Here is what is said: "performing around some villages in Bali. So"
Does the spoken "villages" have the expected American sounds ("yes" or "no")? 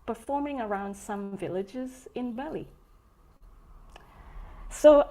yes